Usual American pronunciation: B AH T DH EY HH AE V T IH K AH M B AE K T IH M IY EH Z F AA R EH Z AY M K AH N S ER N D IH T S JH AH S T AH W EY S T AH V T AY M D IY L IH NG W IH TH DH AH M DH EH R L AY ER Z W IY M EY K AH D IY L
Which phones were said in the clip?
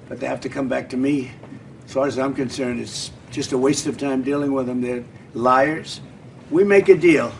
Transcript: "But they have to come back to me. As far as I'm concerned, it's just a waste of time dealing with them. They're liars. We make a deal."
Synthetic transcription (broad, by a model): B AH T DH EY HH AE F T IH K AH M B AE K T IH M IY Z F AA R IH Z AY M K AH N S ER N D IH T S JH AH S T AH W EY S T AH V T AY M D IY L IH NG W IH DH AH M DH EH R L AY ER Z W IY M EY K AH D IY L